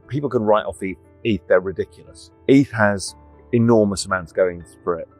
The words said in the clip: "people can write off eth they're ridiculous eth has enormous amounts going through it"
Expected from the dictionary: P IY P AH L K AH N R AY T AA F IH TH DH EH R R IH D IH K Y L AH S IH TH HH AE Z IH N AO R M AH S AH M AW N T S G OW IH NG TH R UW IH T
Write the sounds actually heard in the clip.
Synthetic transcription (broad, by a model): P IY P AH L K AH N R AY T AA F IH TH DH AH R R IH D IH K Y L AH S IH TH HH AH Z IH N AO M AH S AH M AW N T S G OW IH NG F R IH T